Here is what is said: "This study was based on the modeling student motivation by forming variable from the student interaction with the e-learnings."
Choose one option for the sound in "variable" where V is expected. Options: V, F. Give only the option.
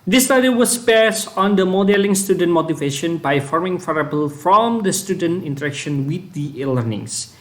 F